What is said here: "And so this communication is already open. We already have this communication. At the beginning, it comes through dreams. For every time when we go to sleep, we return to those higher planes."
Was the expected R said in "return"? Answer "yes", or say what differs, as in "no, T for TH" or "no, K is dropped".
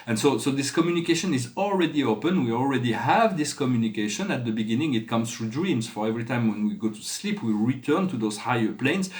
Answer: yes